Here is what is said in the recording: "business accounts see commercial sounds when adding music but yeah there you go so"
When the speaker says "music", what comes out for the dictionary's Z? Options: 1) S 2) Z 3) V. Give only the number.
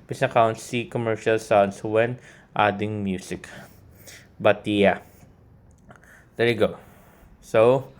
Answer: 1